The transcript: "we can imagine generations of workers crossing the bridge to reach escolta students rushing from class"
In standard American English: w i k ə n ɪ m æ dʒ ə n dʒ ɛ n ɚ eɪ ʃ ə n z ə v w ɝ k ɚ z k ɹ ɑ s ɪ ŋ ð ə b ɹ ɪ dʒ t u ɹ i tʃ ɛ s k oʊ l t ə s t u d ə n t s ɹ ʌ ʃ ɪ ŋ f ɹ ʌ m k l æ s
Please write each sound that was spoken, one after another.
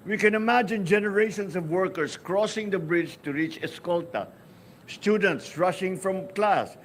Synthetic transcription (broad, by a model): w i k ə n ɪ m æ dʒ ə n dʒ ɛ n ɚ eɪ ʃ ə n s ə v w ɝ k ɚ s k ɹ ɑ s ɪ ŋ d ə b ɹ ɪ dʒ t u ɹ i tʃ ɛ s k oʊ l t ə s t u d ə n t s ɹ ʌ ʃ ɪ ŋ f ɹ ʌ m k l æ s